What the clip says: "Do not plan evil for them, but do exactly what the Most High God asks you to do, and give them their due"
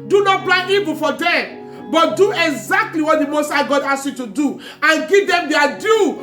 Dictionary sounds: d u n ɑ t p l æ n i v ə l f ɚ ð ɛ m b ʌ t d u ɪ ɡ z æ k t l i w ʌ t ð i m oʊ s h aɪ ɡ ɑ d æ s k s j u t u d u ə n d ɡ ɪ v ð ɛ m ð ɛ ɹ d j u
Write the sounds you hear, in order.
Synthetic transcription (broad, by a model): d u n ɑ t b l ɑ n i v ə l f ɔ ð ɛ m b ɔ t d u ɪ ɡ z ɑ k t l i w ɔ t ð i m oʊ s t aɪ ɡ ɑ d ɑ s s j u t u d u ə n ɡ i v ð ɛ m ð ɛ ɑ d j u